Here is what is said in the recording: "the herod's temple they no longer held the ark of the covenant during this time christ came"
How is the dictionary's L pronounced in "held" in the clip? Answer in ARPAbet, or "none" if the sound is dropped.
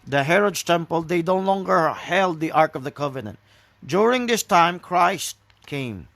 L